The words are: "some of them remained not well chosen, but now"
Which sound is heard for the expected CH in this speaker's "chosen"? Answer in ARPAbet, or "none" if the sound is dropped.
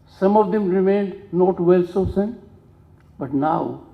S